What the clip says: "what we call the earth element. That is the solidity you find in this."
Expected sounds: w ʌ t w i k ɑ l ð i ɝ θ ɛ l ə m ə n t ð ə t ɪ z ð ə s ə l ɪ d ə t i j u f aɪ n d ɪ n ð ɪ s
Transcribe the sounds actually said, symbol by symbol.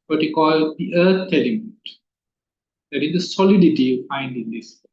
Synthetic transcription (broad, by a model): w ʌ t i k ɑ l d i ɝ t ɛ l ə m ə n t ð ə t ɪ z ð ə s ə l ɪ d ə t i j u f aɪ n d ɪ n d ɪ s